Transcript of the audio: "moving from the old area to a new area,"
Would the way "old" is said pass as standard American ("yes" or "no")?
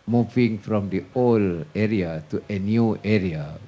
no